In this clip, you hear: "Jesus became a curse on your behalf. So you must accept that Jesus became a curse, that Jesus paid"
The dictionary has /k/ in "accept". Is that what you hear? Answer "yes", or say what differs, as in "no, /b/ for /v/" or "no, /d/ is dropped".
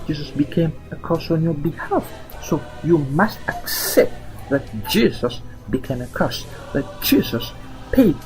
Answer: yes